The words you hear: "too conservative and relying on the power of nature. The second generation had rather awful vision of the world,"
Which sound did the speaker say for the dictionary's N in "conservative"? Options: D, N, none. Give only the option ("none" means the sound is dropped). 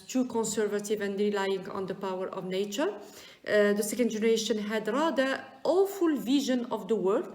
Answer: N